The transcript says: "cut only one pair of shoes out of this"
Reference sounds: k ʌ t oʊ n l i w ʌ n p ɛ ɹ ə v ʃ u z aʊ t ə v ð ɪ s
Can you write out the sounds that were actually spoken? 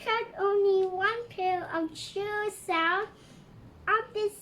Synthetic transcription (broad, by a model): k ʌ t oʊ n l i w ʌ n p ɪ l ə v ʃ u s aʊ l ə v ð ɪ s